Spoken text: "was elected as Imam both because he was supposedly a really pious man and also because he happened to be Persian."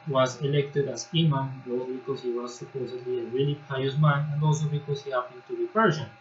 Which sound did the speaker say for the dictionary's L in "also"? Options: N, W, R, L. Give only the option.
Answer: L